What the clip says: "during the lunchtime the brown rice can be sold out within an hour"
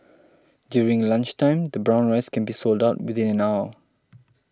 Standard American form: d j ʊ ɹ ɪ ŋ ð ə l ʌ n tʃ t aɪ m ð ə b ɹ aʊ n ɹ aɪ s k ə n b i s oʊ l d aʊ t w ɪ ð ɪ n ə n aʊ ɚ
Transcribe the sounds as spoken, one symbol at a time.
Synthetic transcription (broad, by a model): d j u ɹ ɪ ŋ l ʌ n tʃ t aɪ m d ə b ɹ aʊ n ɹ aɪ s k ə n b i s oʊ l d aʊ t w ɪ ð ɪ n ə n aʊ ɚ